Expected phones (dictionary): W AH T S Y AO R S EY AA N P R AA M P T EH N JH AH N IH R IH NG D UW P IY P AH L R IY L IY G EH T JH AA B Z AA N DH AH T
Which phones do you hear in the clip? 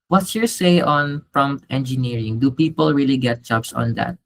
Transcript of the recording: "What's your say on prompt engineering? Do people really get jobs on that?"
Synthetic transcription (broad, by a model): W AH T S Y AO R S EY AA N P R AA M P T EH N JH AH N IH R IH NG D UW P IY P AH L R IY L IY G EH T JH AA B S AA N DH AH T